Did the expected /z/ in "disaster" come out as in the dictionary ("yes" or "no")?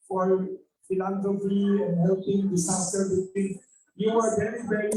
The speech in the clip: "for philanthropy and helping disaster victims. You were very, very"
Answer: no